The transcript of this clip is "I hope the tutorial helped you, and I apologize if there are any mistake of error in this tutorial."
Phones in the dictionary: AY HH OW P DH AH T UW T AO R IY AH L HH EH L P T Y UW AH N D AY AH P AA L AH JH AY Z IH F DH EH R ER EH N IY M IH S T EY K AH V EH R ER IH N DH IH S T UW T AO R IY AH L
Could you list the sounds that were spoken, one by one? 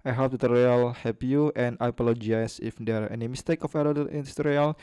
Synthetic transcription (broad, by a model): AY HH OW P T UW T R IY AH L HH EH P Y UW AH N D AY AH P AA L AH JH AY S IH F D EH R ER EH N IY M IH S T EY K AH F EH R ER IH N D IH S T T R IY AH L